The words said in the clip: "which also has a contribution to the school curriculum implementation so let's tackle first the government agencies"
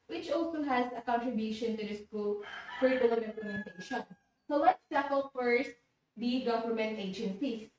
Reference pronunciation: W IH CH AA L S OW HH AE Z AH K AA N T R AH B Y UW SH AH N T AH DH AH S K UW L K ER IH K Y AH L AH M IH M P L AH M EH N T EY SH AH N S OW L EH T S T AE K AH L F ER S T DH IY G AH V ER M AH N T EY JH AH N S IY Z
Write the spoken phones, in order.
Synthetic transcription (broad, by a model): W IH CH AA L S OW HH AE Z AH K AA N T R AH B Y UW SH AH N T AH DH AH S K UW L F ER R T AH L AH IH M P L AH M EH N T EY SH AH N S OW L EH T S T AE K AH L F ER S T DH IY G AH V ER M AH N T EY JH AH N S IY